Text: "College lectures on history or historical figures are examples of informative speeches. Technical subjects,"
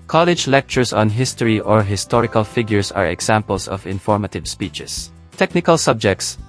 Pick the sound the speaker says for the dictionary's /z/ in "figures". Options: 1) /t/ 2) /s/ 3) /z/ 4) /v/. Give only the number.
2